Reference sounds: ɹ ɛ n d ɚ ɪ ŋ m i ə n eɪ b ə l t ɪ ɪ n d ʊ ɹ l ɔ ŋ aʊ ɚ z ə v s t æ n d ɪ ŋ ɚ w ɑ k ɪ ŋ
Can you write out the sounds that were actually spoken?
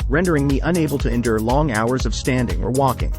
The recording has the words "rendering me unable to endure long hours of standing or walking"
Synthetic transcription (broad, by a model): ɹ ɛ n d ɚ ɪ ŋ m i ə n eɪ b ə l t ɪ ɪ n d ʊ ɹ l ɔ ŋ aʊ ɚ z ə v s t æ n d ɪ ŋ ɚ w ɑ k ɪ ŋ